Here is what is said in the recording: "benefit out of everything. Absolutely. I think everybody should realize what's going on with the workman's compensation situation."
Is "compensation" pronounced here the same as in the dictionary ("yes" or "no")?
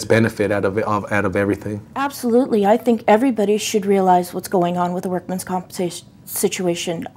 no